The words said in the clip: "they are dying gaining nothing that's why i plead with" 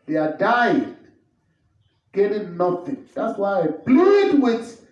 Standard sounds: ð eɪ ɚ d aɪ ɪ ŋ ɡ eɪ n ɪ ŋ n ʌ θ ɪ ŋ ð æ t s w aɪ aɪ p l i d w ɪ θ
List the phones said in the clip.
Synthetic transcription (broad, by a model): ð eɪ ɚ d aɪ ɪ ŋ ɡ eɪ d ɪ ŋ n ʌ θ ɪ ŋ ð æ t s w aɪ aɪ b l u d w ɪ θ